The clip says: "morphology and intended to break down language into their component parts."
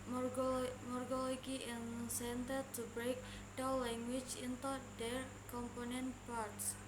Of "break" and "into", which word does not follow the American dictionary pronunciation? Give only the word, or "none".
none